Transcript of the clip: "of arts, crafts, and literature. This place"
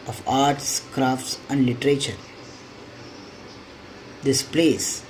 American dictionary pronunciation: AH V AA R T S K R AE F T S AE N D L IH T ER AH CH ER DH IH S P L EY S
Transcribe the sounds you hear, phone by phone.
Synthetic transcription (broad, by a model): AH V AA R T S K R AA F T S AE N D L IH T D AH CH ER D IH S P L EY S